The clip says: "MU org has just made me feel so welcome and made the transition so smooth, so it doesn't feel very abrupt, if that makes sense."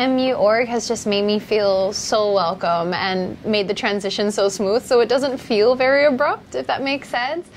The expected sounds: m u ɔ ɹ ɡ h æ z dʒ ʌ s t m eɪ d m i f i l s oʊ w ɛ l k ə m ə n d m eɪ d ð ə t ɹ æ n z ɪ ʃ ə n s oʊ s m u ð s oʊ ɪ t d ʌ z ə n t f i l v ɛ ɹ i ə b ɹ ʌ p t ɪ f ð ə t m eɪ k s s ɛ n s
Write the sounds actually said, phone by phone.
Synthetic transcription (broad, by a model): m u ɔ ɹ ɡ h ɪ z dʒ ʌ s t m eɪ d m i f i l s oʊ w ɛ l k ə m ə n m eɪ d ð ə t ɹ æ n z ɪ ʃ ə n s oʊ s m u ð s oʊ ɪ t d ʌ z ə n t f i l v ɛ ɹ i ə b ɹ ʌ p t ɪ f ð ə t m eɪ k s s ɛ n s